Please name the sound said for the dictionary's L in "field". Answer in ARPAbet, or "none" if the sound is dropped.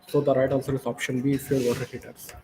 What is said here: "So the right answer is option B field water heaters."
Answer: none